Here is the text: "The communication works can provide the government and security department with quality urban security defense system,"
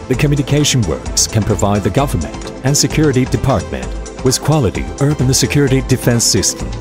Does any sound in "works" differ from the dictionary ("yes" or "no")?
no